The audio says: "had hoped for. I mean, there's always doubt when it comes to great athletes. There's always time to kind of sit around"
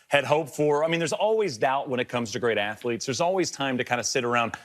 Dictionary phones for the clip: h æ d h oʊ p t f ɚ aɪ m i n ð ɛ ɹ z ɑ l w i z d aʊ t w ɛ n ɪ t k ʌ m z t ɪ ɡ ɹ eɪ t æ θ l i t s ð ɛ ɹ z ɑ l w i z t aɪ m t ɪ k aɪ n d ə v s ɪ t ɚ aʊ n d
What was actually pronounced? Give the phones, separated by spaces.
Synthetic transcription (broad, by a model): h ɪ d h oʊ p f ɚ aɪ m i n ð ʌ ɹ z ɑ l w i z d aʊ t w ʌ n ɪ t k ʌ m z t ɪ ɡ ɹ eɪ t æ θ l i t s ð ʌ ɹ z ɑ l w i z t aɪ m t ɪ k aɪ n d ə s ɪ t ɚ aʊ n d